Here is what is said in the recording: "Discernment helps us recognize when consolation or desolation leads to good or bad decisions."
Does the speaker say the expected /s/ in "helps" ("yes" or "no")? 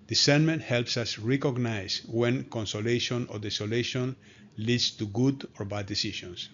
yes